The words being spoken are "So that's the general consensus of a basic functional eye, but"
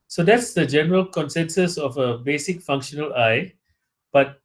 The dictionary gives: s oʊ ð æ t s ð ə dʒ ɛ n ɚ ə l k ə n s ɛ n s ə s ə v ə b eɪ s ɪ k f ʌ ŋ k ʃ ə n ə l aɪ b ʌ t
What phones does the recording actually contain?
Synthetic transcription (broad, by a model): s oʊ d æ t s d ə dʒ ɛ n ɚ ə l k ə n s ɛ n s ə s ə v ə b eɪ s ɪ k f ʌ ŋ k ʃ ə n ə l aɪ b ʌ t